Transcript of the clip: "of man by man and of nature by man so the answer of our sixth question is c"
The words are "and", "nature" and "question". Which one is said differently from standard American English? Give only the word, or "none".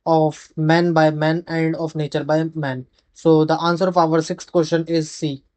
question